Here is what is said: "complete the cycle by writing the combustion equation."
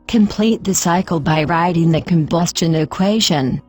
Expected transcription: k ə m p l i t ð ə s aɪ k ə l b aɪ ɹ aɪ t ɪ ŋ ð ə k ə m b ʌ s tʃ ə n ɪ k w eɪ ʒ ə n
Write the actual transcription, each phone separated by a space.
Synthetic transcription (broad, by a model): k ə m p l i t ð ə s aɪ k ə l b aɪ ɹ aɪ t ɪ ŋ ð ə k ə m b ʌ s tʃ ə n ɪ k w eɪ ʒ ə n